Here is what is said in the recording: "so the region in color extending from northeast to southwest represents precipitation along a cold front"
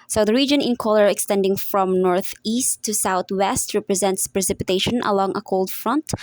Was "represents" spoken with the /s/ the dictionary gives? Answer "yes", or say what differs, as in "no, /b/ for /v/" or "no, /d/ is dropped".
yes